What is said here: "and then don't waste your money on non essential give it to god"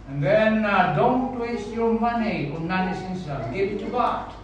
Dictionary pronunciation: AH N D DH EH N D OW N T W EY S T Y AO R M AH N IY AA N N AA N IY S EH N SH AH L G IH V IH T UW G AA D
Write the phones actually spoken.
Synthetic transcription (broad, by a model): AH N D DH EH N D OW N T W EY S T Y AO R M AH N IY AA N N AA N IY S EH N S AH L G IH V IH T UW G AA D